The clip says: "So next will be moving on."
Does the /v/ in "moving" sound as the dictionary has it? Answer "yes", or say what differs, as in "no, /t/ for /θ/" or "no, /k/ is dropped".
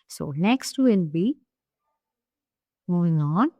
no, /v/ is dropped